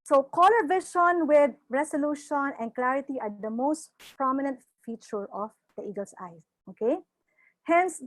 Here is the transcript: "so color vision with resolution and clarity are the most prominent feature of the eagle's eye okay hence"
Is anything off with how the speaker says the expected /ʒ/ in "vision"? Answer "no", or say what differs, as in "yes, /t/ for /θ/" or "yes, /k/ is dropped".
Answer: yes, /ʃ/ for /ʒ/